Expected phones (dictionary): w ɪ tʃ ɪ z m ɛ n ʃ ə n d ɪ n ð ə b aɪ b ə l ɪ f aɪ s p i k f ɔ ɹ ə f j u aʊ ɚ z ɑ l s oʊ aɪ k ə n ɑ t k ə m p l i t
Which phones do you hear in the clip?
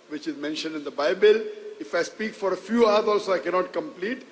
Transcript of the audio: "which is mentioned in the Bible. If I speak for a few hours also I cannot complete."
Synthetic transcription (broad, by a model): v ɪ tʃ ɪ z m ɛ n ʃ ə n d ɪ n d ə b aɪ b ə l ɪ f aɪ s p i k f ɔ ɹ ə f j u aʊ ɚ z ɑ l s oʊ aɪ k ə n ɑ t k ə m p l i t